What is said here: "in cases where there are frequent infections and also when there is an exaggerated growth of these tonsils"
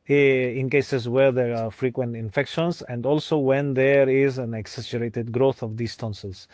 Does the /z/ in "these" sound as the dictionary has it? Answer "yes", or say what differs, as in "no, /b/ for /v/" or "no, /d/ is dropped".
no, /s/ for /z/